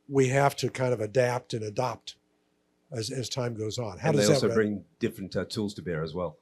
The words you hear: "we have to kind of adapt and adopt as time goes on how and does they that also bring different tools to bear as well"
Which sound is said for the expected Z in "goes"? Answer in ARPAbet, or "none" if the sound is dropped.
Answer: Z